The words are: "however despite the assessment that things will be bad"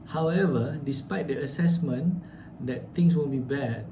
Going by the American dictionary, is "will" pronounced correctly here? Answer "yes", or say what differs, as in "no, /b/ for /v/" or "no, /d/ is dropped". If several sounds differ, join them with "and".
no, /n/ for /l/